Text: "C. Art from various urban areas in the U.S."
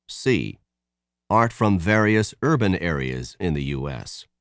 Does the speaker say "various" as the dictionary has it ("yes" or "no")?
yes